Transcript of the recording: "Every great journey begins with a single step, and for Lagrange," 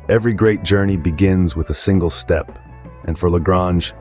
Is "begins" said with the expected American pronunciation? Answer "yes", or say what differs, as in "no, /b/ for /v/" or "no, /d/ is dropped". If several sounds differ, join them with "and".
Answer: yes